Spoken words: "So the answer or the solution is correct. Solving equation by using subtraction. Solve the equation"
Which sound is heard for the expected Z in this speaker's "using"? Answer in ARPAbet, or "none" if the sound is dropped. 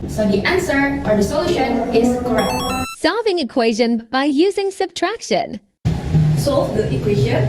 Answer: Z